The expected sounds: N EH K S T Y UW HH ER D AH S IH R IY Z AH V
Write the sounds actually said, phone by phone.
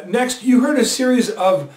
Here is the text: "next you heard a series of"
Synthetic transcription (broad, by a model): N EH K S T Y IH HH ER D AH S IH R IY Z AH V